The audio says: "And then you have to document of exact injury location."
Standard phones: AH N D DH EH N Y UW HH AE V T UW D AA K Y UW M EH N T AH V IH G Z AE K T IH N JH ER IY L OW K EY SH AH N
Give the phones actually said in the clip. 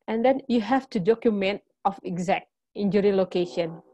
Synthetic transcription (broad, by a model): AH N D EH N Y UW HH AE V T UW D AA K Y UW M EH N T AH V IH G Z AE K T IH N JH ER IY L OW K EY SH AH N